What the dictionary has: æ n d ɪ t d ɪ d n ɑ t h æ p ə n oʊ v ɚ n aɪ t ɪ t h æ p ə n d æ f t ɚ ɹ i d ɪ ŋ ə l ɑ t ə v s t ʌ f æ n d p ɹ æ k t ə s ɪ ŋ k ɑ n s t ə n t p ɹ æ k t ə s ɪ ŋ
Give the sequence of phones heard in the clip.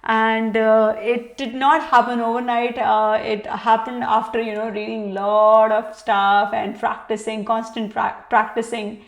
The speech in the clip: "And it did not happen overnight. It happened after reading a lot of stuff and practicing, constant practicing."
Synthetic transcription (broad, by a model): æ n d ɪ t d ɪ d n ɑ t h æ p ə n oʊ v ɚ n aɪ t ɪ t h æ p ə n d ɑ f t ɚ ɹ i d ɪ ŋ l ɑ t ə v s t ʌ f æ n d p ɹ æ k t ə s ɪ ŋ k ɑ n s t ə n t p ɹ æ k t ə s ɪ ŋ